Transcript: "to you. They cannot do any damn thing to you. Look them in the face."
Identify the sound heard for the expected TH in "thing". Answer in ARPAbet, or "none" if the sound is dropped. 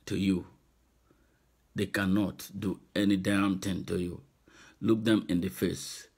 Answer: T